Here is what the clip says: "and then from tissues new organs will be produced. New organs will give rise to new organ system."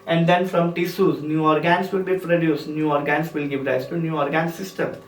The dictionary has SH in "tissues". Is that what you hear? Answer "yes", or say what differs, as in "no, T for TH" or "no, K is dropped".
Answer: no, S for SH